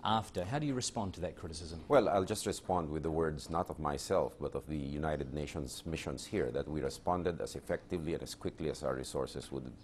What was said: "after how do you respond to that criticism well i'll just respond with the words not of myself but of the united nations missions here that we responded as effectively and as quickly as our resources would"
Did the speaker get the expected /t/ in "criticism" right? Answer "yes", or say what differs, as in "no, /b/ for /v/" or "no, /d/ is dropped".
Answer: yes